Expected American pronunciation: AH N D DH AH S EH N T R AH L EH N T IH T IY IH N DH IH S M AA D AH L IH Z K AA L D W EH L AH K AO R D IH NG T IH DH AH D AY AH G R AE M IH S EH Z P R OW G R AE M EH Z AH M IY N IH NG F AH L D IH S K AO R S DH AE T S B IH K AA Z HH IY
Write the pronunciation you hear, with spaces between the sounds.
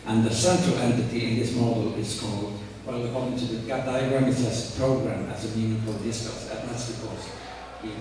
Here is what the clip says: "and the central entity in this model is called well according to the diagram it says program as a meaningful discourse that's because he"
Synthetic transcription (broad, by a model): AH N DH AH S EH N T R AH L EH N T IH T IY IH N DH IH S M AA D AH L IH Z K AA L D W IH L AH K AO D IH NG T IH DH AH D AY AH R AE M IH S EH S P R OW G R AE M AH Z AH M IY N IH F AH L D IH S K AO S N DH AE T S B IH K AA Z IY